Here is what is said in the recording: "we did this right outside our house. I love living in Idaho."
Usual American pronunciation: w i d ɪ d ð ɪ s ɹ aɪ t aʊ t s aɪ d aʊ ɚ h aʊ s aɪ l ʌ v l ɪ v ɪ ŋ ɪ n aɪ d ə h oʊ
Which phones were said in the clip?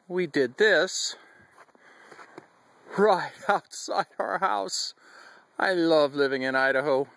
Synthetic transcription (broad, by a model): w i d ɪ d ð ɪ s ɹ aɪ t aʊ t s aɪ d aʊ ɚ h aʊ s aɪ l ʌ v l ɪ v ɪ ŋ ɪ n aɪ d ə h oʊ